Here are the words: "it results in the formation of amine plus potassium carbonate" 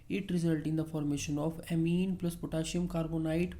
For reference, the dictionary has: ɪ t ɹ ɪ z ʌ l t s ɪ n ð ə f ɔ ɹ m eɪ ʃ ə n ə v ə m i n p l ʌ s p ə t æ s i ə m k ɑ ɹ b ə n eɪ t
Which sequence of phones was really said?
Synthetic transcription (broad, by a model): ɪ t ɹ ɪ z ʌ l t ɪ n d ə f ɔ ɹ m eɪ ʃ ə n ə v ə m i n p l ʌ s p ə t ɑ ʃ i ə m k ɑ ɹ b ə n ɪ t